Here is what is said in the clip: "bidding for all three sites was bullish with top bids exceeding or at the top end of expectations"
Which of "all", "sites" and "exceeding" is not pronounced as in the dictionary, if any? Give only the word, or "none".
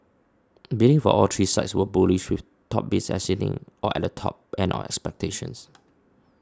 exceeding